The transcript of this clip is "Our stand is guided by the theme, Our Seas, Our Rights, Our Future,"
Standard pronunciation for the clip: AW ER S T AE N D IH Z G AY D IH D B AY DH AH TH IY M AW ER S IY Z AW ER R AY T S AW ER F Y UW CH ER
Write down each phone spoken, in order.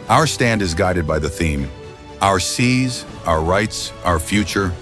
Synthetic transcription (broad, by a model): AW ER S T AE N D IH Z G AY D IH D B AY DH AH TH IY M AW ER S IY Z AW ER R AY T S AW ER F Y UW CH ER